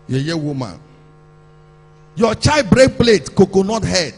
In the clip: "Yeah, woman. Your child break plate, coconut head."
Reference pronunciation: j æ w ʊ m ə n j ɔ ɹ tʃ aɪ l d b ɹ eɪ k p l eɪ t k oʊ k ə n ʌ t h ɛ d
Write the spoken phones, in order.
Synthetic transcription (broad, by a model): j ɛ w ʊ m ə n j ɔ tʃ aɪ d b ɹ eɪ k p l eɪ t k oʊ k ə n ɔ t h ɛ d